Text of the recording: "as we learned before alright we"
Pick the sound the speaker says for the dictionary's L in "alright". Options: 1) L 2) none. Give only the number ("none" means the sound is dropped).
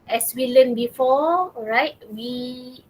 2